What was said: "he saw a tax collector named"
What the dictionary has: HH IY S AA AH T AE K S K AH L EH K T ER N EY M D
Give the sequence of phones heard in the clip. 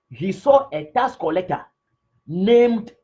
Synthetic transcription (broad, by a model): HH IY S AA AH T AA S K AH L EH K T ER N EY M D